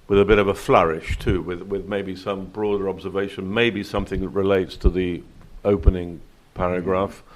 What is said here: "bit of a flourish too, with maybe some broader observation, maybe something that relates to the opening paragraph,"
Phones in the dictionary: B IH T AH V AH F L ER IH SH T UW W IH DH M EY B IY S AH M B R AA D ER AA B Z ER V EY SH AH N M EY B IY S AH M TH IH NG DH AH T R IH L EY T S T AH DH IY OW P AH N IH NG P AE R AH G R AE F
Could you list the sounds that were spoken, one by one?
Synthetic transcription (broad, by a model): B IH T AH V AH F L ER IH SH T UW W IH DH M EY B IY S AH M B R AA D ER AA B Z ER V EY SH AH N M EY B IY S AH M TH IH NG DH AH T R IH L EY T S T AH DH IY OW P AH N IH NG P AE R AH G R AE F